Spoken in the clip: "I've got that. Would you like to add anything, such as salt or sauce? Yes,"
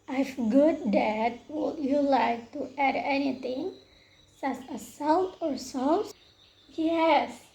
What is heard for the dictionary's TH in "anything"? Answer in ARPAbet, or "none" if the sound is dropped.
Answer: T